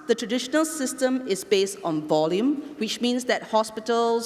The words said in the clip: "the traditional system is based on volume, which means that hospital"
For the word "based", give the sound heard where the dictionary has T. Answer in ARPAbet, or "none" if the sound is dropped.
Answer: T